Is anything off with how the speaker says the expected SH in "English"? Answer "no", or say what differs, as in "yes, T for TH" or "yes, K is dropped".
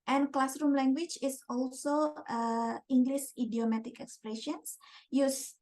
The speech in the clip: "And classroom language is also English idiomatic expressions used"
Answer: yes, S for SH